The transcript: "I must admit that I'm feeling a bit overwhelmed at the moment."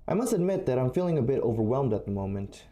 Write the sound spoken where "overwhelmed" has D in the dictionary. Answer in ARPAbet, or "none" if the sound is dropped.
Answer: D